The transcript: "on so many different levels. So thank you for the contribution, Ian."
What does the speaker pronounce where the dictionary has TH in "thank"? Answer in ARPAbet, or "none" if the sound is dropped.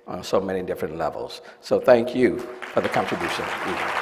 TH